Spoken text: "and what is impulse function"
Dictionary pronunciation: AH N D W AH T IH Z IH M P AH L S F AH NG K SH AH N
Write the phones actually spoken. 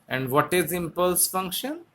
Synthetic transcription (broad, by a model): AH N D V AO T IH Z IH M P AH L S F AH NG K SH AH N